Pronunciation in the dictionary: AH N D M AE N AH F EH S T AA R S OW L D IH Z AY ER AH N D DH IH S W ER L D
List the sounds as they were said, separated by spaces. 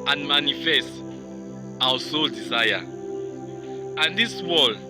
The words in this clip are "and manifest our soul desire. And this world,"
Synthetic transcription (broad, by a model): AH N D M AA N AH F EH S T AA W S OW L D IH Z AY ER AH N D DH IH S W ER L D